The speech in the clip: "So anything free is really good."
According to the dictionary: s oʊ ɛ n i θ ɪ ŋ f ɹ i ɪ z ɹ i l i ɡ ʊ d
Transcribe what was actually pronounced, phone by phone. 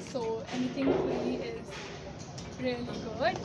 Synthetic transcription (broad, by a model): s oʊ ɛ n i t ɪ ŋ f l i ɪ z ɹ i l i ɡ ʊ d